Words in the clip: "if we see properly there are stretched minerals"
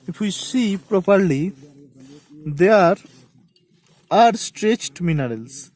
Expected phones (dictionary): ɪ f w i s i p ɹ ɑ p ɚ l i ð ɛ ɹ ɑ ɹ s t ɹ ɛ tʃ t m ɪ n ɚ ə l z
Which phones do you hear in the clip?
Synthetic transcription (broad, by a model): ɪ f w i s i p ɹ ɑ p ɚ l i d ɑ ɹ ɑ ɹ s t ɹ ɛ tʃ t m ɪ n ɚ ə l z